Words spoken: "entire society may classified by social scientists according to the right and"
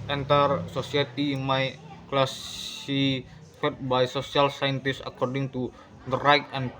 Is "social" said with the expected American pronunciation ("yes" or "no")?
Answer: no